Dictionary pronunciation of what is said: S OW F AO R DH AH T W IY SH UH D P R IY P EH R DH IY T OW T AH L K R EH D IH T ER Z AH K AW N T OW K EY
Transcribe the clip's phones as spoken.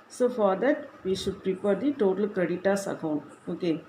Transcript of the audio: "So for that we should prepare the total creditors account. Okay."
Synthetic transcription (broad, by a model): S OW F AO R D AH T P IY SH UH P R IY P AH R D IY T OW T AH L K AH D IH T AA S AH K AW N OW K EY